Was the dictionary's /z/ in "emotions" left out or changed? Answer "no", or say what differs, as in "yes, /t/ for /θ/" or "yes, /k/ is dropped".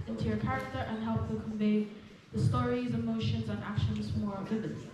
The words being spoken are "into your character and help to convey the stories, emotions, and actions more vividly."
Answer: no